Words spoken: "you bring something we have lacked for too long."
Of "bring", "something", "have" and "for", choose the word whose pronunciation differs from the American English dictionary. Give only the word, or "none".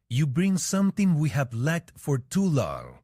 something